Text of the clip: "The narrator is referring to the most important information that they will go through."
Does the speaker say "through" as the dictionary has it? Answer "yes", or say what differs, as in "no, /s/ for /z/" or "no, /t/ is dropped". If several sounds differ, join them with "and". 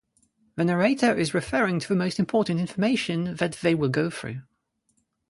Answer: yes